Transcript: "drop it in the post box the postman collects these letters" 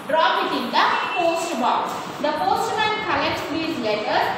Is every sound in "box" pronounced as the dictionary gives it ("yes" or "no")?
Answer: no